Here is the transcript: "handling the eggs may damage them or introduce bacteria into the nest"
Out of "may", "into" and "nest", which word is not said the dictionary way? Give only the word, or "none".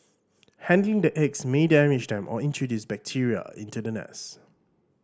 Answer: nest